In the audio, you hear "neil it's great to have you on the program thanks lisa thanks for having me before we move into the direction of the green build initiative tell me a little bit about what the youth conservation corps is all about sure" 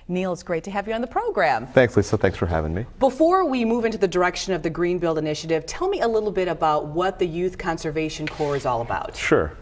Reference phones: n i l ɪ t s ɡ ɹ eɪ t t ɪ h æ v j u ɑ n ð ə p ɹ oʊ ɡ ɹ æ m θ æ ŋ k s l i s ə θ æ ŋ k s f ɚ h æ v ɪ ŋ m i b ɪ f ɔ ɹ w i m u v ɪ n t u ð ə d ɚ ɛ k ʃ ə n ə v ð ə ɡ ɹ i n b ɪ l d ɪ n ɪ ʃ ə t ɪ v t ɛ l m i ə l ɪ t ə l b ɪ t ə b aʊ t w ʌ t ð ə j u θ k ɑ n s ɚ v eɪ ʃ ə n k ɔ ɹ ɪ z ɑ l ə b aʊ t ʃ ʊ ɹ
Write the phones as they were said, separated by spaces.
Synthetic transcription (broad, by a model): n i l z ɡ ɹ eɪ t t ɪ h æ v j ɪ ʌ n ð ə p ɹ oʊ ɡ ɹ æ m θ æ ŋ k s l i s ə θ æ ŋ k s f ɚ h æ v ɪ ŋ m i b ɪ f ɔ ɹ w i m u v ɪ n t u ð ə d ɚ ɛ k ʃ ə n ə v ð ə ɡ ɹ i n b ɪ l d ɪ n ɪ ʃ ə t ɪ v t ɛ l m i ə l ɪ t l b ɪ t ə b aʊ t w ʌ t ð ə j u θ k ɑ n s ɚ v eɪ ʃ ə n k ɔ ɹ ɪ z ɑ l ə b aʊ t ʃ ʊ ɹ